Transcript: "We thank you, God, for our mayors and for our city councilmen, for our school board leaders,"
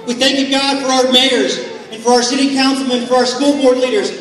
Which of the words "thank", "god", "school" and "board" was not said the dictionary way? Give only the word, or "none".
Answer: none